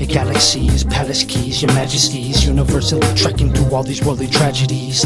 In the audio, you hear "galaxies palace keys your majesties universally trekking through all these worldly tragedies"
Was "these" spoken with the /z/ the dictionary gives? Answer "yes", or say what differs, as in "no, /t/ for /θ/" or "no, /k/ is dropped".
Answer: yes